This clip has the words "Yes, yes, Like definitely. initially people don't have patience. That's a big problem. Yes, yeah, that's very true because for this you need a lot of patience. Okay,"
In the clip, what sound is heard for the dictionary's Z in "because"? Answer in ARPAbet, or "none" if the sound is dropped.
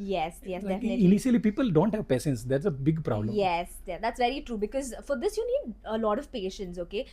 Z